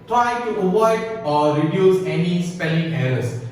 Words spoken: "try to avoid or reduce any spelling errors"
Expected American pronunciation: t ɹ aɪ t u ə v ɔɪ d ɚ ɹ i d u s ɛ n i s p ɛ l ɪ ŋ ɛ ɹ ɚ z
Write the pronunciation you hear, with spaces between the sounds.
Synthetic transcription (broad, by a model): t ɹ aɪ t u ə w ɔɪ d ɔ ɹ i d u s ɛ n i s p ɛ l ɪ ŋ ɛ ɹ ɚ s